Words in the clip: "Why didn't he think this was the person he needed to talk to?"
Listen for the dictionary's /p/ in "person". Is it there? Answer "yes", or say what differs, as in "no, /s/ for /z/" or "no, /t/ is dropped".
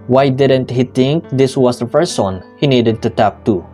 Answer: no, /f/ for /p/